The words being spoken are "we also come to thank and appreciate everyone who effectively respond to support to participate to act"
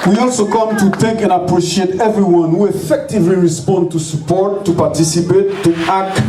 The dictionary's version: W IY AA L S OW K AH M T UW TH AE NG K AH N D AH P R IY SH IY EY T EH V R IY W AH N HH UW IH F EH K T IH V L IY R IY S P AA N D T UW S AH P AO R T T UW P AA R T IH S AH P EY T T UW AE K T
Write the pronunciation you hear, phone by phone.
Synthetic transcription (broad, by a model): W IY AA L S OW K AH M T UW T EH K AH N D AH P R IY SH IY EY T EH V R IY W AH N HH UW IH F EH K T IH V L IY R IY S P AA N D T UW S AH P AO R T T UW P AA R T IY S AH P EY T T UW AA K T